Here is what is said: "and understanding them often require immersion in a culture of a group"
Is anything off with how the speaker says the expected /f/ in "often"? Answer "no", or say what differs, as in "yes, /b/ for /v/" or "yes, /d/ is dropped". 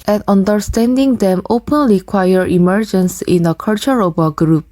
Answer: yes, /p/ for /f/